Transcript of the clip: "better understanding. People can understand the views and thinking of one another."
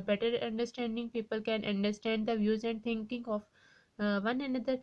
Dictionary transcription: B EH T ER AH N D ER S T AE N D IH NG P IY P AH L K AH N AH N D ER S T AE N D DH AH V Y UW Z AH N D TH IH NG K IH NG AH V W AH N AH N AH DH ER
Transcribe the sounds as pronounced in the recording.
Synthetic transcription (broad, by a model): B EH T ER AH N D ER S T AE N D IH NG P IY P AH L K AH N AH N D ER S T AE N D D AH V Y UW Z AH N D T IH NG K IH NG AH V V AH N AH N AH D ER